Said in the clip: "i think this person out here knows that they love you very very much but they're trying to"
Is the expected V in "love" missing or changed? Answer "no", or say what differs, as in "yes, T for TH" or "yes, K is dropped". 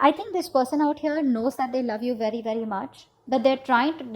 no